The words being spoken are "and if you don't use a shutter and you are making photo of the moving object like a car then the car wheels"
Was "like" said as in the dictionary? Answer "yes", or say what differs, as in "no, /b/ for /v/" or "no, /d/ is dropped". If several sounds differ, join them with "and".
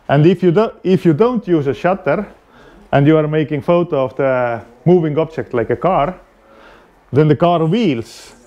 yes